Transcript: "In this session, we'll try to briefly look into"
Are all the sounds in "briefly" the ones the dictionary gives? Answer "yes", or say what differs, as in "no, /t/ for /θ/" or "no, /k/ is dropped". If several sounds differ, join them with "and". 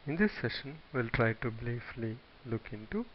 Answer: no, /l/ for /ɹ/